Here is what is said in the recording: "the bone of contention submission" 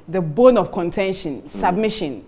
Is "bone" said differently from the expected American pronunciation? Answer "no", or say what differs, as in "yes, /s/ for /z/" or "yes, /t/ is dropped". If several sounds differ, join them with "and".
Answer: no